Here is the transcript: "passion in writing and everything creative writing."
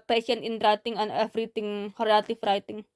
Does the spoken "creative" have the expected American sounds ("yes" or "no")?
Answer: no